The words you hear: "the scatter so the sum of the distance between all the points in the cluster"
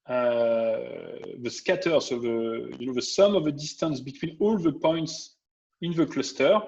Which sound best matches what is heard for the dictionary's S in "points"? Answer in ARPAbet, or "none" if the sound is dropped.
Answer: S